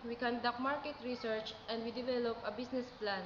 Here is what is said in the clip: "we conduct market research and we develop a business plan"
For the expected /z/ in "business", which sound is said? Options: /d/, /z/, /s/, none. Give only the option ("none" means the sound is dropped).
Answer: /s/